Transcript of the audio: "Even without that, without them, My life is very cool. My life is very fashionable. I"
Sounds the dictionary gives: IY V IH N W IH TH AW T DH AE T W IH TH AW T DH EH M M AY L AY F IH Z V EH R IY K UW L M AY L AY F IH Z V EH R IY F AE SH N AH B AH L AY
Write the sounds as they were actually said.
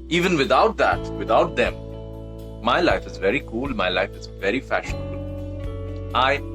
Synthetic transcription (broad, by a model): IY V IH N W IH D AW T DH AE T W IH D AW T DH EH M M AY L AY F IH Z V EH R IY K UW L M AY L AY F IH Z V EH R IY F AE SH N AH B AH L AY